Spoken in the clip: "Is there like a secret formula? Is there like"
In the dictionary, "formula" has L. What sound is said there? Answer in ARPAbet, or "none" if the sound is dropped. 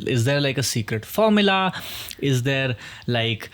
L